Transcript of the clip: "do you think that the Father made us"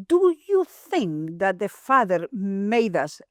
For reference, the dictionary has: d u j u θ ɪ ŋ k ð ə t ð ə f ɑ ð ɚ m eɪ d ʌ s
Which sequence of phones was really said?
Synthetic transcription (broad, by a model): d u j u θ ɪ ŋ k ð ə t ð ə f ɑ ð ɚ m eɪ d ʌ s